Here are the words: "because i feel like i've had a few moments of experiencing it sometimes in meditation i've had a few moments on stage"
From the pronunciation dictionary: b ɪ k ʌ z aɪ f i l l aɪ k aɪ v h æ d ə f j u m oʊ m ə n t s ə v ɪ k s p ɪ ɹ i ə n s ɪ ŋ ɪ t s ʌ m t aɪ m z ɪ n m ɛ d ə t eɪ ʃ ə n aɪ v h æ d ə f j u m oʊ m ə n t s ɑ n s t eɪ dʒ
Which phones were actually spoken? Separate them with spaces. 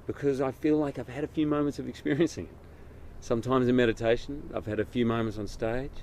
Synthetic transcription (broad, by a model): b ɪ k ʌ z aɪ f i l l aɪ k aɪ v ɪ d ə f j u m oʊ m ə n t s ə v ɪ k s p ɪ ɹ i ə n s ɪ ŋ ɪ t s ʌ m t aɪ m z ɪ n m ɛ d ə t eɪ ʃ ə n aɪ v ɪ d ə f j u m oʊ m ə n t s n s t eɪ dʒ